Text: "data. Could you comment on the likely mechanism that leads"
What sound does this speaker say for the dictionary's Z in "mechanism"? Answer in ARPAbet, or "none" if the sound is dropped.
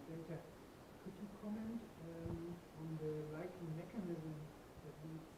Z